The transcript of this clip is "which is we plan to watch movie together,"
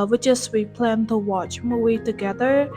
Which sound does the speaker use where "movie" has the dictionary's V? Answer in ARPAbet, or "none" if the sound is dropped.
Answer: none